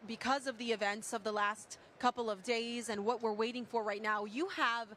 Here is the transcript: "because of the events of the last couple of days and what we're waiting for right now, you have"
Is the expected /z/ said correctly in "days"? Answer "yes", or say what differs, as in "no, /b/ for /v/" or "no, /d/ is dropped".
yes